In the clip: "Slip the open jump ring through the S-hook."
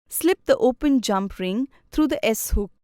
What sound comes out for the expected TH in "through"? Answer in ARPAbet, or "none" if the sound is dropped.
T